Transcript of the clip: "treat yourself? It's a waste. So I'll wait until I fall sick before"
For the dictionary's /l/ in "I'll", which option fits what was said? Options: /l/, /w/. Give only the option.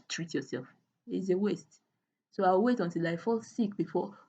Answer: /w/